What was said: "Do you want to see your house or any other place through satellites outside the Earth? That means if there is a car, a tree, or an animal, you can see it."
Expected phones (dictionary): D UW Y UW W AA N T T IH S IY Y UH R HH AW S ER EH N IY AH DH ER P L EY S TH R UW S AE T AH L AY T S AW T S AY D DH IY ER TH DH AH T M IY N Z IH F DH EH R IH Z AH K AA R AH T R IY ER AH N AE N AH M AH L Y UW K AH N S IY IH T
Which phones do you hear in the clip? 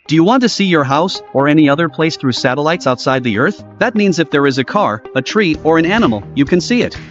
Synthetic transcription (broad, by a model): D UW Y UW W AA N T T IH S IY Y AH R HH AW S ER EH N IY AH DH ER P L EY S TH R UW S AE T AH L AY T S AW T S AY D DH IY ER TH DH AH T M IY N Z IH F DH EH R IH Z AH K AA R AH T R IY ER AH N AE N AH M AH L Y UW K AH N S IY IH T